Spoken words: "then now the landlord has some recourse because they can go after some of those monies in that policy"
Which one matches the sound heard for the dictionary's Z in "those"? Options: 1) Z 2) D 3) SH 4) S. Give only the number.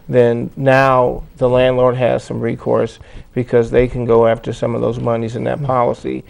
1